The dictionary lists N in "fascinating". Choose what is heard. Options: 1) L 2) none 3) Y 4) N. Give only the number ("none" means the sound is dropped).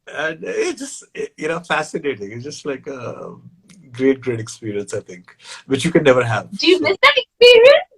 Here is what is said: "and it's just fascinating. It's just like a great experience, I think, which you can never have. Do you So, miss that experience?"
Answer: 4